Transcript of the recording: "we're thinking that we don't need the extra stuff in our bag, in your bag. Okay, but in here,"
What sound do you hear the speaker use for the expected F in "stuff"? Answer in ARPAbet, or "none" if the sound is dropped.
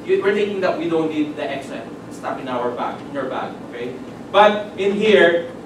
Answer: P